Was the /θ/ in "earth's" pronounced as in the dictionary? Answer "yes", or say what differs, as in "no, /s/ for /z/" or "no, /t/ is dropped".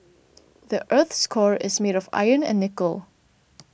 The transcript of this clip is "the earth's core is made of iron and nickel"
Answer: yes